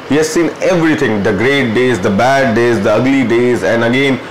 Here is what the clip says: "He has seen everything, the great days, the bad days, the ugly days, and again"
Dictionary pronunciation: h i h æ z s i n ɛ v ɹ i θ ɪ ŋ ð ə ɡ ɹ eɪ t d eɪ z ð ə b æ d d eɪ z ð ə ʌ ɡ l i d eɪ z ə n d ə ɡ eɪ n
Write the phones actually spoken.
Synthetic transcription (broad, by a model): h i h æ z s i n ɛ v ɹ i t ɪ ŋ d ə ɡ ɹ eɪ t d eɪ z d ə b æ d d eɪ z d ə ʌ ɡ l i d eɪ z ə n d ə ɡ eɪ n